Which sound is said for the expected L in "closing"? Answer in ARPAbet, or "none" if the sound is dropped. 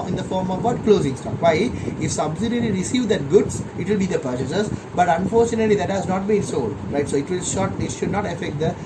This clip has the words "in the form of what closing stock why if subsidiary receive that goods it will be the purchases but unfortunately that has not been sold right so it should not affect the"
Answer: L